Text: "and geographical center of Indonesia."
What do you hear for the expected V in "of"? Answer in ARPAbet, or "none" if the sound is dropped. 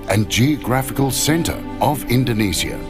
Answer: V